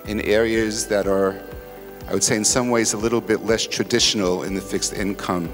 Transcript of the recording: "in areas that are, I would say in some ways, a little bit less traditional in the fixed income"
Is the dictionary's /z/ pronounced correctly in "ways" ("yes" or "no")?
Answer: yes